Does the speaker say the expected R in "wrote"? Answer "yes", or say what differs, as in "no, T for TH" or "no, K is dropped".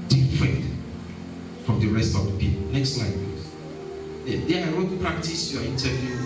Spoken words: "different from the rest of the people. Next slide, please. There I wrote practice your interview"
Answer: no, W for R